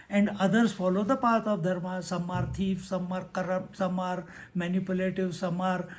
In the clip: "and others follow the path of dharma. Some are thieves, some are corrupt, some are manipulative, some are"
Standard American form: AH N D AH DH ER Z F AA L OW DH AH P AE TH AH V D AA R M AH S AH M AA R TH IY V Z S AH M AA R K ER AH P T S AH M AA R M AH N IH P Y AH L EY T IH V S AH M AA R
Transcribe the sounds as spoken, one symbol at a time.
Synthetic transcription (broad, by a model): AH N D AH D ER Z F AA L OW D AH P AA T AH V D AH R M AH S AH M AA R T IY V S AH M AA R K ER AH T S AH M AA R M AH N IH P Y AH L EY T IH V S AH M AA R